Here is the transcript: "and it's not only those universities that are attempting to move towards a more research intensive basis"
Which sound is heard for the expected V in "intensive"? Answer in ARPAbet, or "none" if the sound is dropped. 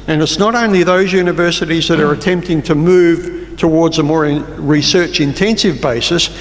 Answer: V